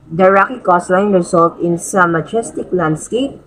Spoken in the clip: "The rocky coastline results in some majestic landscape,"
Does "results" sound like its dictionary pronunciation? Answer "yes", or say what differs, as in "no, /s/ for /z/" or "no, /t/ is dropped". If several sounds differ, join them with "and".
no, /s/ is dropped